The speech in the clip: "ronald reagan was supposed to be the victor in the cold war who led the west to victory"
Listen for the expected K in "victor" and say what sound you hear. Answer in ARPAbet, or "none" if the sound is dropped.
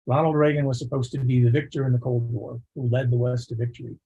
K